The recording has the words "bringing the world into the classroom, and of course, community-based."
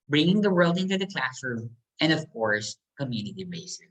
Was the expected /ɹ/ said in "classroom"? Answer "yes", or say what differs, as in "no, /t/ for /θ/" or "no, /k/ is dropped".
yes